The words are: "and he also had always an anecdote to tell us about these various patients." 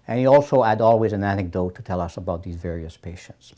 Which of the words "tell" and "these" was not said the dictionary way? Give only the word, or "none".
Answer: none